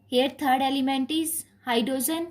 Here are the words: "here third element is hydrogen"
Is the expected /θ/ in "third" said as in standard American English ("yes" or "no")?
no